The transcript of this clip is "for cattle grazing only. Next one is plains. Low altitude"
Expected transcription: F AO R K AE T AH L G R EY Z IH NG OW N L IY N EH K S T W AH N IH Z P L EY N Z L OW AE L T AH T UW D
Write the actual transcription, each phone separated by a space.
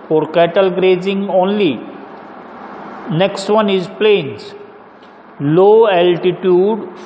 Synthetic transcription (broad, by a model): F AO R K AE T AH L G R EY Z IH NG OW N L IY N EH K S T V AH N IH Z P L EY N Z L OW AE L T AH T UW D